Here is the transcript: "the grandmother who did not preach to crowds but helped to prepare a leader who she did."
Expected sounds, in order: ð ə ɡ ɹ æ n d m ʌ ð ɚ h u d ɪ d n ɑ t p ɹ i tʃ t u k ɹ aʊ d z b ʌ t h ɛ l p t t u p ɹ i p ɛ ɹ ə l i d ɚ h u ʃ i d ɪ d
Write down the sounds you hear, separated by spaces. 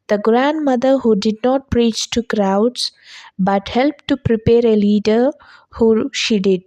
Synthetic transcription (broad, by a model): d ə ɡ ɹ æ n d m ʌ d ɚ h u d ɪ d n ɑ t p ɹ i tʃ t u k ɹ aʊ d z b ʌ t h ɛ l p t t u p ɹ i p ɛ ɹ ə l i d ɚ h u ʃ i d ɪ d